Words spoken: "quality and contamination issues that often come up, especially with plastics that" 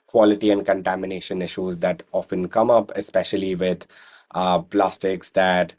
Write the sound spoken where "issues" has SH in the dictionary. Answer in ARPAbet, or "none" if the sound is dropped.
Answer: SH